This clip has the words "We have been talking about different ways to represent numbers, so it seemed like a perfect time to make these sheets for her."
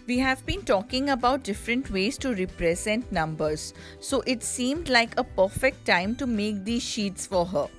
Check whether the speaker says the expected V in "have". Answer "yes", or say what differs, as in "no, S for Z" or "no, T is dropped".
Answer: yes